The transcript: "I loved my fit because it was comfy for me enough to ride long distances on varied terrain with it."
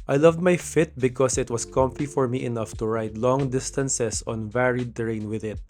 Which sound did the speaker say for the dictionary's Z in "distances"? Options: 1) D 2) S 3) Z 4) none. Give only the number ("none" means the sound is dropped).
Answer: 2